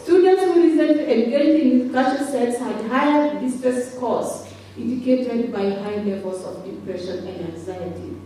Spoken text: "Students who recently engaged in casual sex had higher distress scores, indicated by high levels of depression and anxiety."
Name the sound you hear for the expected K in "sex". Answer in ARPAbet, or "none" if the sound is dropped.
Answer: none